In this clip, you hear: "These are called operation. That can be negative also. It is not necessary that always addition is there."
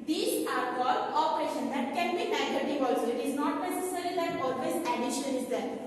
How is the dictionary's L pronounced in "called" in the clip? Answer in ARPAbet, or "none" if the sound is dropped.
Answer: none